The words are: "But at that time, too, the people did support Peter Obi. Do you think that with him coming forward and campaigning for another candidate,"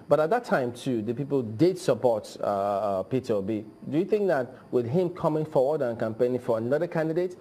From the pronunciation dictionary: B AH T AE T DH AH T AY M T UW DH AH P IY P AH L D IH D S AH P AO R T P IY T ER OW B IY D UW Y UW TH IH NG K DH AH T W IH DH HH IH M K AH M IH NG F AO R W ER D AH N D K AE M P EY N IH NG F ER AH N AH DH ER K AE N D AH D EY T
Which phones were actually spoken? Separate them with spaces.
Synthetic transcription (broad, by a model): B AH T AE T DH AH T AY M T UW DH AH P IY P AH L D IH D S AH P AO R T P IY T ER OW B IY D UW Y UW TH IH NG K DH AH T W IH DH HH IH M K AH M IH NG F AO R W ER D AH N K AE M P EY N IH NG F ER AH N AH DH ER K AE N D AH D EY T